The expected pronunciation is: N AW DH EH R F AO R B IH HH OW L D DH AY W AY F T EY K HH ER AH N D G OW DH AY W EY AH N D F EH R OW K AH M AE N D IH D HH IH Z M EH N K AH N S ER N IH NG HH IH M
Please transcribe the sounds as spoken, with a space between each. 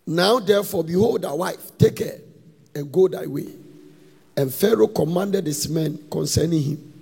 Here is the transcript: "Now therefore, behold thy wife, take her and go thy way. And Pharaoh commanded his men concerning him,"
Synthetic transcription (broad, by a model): N AW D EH F AO B IH HH OW L D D AY W AY F T EY K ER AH N G OW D AY W EY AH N F EH R OW K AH M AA N D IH D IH S M EH N K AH N S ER N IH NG HH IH M